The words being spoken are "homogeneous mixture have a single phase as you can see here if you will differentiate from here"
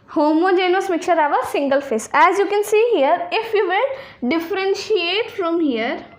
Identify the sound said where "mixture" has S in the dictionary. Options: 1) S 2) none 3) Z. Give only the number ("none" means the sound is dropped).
2